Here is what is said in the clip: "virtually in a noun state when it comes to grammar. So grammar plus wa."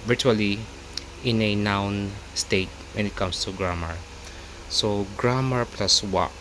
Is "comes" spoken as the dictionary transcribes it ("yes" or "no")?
no